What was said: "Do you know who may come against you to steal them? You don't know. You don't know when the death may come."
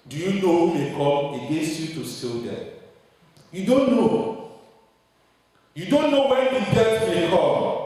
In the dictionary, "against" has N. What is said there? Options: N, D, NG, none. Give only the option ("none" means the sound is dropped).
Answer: none